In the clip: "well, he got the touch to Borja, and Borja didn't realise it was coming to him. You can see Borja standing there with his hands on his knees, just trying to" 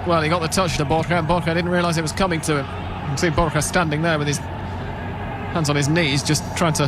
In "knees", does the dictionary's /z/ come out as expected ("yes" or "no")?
yes